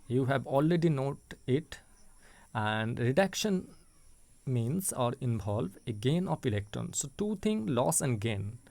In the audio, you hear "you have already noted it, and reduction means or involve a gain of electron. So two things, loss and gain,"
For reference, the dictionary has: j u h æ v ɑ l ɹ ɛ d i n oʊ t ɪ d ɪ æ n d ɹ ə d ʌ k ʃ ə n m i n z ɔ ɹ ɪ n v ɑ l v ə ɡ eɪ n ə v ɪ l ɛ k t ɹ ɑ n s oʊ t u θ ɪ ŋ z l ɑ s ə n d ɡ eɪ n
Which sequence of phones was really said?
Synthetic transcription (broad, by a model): j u h æ v ɑ l ɹ ɛ d i n oʊ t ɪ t æ n d ɹ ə d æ k ʃ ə n m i n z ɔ ɹ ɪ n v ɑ l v ə ɡ eɪ n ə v ɪ l ɛ k t ɹ ɑ n s oʊ t u t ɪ ŋ l ɑ s ə n d ɡ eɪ n